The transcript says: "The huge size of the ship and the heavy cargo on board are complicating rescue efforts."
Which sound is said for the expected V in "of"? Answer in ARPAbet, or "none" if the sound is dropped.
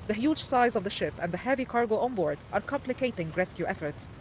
V